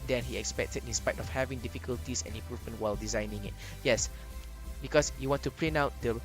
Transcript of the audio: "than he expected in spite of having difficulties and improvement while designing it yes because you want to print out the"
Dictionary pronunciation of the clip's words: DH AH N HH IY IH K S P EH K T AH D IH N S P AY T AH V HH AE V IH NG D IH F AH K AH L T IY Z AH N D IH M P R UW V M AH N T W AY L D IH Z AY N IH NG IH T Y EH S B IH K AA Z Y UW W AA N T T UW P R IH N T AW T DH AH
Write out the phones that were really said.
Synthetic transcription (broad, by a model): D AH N HH IY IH K S P EH K T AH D IH N S P AY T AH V HH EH V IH NG D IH F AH K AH L T IY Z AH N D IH M P R UW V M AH N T W AY L D IH Z AY N IH NG IH T Y EH S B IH K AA S Y UW W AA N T T UW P L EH N AW T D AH